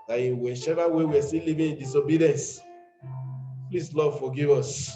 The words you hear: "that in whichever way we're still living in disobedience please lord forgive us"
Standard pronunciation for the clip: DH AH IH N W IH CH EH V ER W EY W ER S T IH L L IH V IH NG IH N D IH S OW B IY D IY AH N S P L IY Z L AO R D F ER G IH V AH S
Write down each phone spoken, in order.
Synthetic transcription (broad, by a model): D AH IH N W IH SH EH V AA W EY W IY S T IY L L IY V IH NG IH N D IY S OW B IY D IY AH N S P L IY S L AO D F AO G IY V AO S